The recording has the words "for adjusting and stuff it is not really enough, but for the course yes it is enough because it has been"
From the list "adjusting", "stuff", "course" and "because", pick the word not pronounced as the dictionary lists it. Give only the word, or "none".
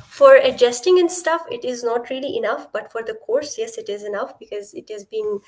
none